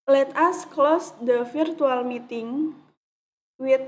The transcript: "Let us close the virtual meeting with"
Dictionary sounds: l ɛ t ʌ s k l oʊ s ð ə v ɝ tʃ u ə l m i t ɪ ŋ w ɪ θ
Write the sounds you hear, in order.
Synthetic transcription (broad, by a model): l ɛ t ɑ s k l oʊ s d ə f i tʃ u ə l m i t ɪ ŋ w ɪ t